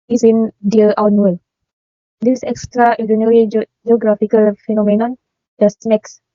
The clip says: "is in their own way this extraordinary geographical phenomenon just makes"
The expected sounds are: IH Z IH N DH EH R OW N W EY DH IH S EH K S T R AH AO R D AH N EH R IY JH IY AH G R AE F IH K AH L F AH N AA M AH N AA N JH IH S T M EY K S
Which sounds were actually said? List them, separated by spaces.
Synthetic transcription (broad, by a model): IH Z IH N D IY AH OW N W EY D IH S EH K S T R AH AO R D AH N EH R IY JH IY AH G R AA F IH K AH L F AH N AA M AH N AA N JH IH S T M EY K S